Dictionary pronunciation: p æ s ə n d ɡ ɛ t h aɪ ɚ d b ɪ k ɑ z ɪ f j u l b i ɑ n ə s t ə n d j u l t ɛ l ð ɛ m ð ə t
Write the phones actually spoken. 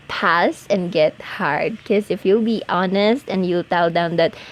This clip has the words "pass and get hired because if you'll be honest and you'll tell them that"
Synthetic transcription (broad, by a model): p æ s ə n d ɡ ɛ t h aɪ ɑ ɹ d k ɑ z ɪ f j u l b i ɑ n ə s t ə n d j u l t ɛ l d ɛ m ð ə t